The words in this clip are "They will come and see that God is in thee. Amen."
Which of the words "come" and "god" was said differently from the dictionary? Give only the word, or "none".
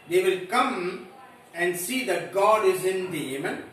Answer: none